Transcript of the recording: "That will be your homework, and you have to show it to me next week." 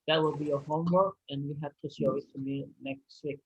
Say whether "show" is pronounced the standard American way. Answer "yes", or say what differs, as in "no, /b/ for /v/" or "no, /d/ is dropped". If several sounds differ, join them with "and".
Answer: no, /s/ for /ʃ/